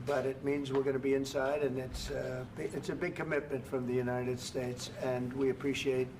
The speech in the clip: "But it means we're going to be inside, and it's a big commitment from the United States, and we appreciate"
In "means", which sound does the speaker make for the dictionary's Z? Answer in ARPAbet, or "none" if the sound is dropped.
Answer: Z